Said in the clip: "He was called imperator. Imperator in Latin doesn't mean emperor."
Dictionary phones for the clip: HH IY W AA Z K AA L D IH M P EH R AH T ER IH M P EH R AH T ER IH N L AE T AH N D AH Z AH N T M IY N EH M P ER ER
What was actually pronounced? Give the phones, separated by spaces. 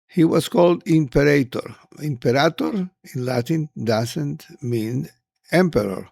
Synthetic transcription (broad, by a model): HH IY W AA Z K AA L D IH M P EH R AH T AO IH M P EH R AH T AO IH N L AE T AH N D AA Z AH N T M IY N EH M P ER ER